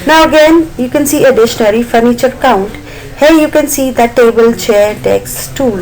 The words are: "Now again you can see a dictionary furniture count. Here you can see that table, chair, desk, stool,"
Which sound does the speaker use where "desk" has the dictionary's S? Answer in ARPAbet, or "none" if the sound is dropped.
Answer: none